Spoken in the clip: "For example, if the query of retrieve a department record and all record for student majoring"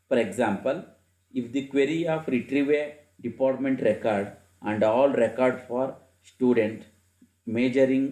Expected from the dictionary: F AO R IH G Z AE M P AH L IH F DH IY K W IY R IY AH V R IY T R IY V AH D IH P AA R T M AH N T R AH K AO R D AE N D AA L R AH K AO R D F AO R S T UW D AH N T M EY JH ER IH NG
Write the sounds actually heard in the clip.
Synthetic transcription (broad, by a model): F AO R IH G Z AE M P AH L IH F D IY K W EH R IY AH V R IY T R IY V AH D IH P AA R T M AH N T R AH K AO R D AE N D AA L R AH K AO R D F AO R S T UW D AH N T M EY JH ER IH NG